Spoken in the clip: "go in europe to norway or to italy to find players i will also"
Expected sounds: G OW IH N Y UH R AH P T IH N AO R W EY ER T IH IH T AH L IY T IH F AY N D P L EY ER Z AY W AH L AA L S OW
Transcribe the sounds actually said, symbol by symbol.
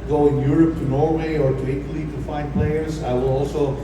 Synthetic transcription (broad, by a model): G OW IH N Y UH R AH P T IH N AO R W EY ER T IH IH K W L IY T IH F AY N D P L EY ER Z AY W AH L AA L S OW